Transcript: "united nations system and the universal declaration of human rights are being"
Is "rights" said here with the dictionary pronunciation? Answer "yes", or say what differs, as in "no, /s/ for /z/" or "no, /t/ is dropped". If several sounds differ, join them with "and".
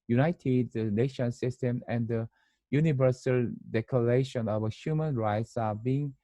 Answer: yes